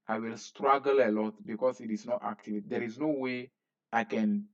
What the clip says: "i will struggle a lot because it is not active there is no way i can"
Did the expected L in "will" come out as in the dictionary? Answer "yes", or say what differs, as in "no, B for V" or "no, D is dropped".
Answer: yes